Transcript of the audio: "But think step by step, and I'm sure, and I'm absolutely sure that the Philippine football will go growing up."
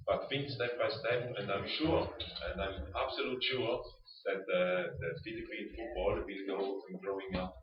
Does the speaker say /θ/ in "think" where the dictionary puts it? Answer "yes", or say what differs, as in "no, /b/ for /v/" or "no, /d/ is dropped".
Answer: no, /f/ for /θ/